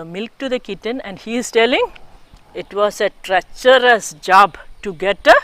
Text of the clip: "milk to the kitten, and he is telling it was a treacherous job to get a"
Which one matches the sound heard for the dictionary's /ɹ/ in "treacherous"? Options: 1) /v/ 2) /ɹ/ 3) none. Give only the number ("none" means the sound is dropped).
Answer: 2